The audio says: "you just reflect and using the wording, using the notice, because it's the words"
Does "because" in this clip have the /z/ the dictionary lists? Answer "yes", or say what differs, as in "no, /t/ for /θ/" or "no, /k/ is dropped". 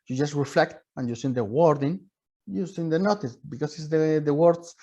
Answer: no, /s/ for /z/